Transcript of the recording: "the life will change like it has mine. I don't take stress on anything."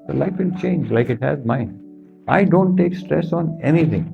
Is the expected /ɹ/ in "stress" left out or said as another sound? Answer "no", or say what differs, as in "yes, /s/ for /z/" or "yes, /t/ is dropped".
no